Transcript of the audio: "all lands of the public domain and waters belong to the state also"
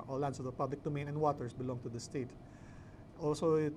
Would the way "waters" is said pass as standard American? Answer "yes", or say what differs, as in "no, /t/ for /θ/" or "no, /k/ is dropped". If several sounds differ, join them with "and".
no, /s/ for /z/